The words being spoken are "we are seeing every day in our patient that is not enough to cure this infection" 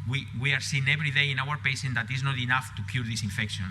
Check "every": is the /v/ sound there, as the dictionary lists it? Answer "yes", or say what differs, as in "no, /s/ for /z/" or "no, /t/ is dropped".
no, /b/ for /v/